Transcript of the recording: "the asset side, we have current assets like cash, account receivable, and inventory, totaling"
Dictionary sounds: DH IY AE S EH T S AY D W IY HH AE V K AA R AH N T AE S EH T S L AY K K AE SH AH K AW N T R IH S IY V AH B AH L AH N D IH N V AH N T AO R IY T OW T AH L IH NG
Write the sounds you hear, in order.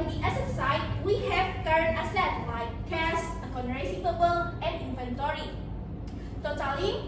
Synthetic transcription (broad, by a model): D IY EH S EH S AY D W IY HH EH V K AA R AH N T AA S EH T L AY K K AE S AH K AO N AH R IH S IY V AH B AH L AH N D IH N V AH N T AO R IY T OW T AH L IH